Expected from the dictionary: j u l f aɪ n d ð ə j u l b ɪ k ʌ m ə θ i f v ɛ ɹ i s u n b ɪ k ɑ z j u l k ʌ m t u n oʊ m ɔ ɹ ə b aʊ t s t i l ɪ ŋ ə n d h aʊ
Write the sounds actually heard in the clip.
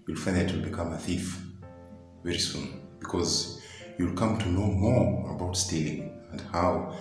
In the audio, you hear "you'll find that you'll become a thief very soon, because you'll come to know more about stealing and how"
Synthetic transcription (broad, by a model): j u l f aɪ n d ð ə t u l b ɪ k ʌ m ə θ i f v ɛ ɹ i s u n b ɪ k ɑ z j u l k ʌ m t u n oʊ m ɔ ɹ ə b aʊ t s t i l ɪ ŋ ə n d h aʊ